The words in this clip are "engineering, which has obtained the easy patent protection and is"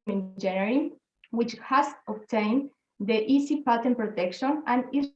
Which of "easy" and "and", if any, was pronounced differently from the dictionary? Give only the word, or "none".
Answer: easy